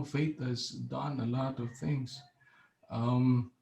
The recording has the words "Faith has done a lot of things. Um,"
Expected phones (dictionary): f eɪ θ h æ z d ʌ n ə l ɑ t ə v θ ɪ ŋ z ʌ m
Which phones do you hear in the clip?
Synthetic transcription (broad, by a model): f eɪ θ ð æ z d ʌ n ə l ɑ t ə v θ ɪ ŋ z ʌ m